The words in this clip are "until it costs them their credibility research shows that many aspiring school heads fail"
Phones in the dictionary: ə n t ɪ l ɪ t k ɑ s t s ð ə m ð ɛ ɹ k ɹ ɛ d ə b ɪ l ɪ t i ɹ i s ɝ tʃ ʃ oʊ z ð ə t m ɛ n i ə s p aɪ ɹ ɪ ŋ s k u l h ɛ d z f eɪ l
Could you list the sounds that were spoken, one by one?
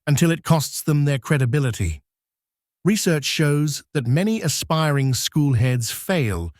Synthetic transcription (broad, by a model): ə n t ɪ l ɪ t k ɑ s t s ð ə m ð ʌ ɹ k ɹ ɛ d ə b ɪ l ɪ t i ɹ i s ɝ tʃ ʃ oʊ z ð ə t m ɛ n i ə s p aɪ ɹ ɪ ŋ s k u l h ɛ d z f eɪ l